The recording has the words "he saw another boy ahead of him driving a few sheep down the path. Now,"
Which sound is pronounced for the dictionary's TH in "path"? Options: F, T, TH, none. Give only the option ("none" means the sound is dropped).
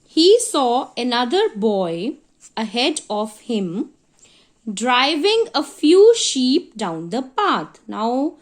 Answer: T